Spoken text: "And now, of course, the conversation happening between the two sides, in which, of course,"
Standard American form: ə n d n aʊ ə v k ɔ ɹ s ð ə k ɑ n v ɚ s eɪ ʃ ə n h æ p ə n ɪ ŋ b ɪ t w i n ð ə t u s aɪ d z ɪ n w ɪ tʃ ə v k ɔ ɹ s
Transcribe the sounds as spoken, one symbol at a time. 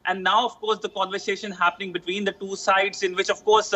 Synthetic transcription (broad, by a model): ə n d n aʊ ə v k ɔ ɹ s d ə k ɑ n v ɚ s eɪ ʃ ə n h æ p ə n ɪ ŋ b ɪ t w i n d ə t u s aɪ d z ɪ n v ɪ tʃ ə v k ɔ ɹ s